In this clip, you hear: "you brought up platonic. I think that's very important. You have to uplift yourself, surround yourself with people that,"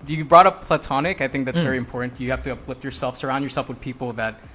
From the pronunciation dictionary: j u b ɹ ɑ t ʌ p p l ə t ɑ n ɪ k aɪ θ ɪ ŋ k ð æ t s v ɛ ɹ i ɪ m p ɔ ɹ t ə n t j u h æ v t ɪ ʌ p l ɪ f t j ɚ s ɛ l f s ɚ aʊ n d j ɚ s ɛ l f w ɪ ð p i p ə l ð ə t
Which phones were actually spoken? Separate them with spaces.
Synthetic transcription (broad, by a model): j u b ɹ ɑ t ʌ p p l ə t ɑ n ɪ k aɪ θ ɪ ŋ k ð æ t s v ɛ ɹ i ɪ m p ɔ ɹ t n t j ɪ h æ f t ɪ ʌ p l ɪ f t j ɚ s ɛ l f s ɚ aʊ n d j ɚ s ɛ l f w ɪ ð p i p l ð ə t